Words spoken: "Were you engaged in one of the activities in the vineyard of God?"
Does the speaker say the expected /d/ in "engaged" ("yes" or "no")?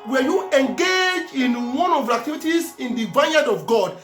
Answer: no